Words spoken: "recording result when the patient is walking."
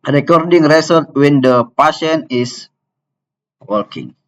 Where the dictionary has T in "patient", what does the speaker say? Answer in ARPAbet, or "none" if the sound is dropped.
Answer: none